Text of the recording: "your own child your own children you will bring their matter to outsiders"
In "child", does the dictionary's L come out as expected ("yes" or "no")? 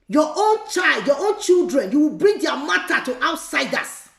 yes